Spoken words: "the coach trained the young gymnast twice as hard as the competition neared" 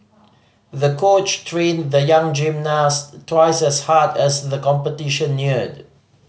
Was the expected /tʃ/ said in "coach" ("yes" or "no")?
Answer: yes